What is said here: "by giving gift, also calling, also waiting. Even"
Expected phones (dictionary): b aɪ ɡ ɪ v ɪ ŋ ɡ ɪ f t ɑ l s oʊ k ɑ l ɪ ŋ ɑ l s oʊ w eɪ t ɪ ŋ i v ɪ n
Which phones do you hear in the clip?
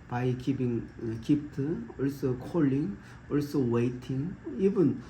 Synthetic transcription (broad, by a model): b aɪ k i p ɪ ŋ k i p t ɑ l s oʊ k ɑ l ɪ ŋ ɑ l s oʊ w eɪ t ɪ ŋ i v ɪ n